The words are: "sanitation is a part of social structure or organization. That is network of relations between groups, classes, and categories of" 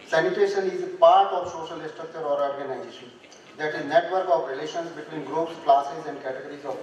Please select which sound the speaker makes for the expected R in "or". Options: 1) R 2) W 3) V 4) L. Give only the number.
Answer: 1